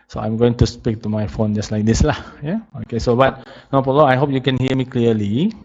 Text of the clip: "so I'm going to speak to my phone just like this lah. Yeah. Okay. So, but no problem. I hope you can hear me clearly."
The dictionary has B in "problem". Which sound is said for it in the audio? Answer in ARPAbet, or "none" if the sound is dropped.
none